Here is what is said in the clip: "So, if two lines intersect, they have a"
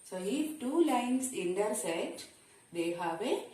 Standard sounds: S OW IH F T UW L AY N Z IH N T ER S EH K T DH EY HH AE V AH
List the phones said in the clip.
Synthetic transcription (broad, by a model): S OW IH T UW L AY N S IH N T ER S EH T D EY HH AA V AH